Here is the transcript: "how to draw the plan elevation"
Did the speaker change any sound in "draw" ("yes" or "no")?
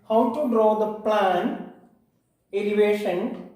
no